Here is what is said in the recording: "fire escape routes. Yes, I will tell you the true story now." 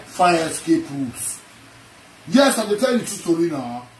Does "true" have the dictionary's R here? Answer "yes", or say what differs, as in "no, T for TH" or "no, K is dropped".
no, R is dropped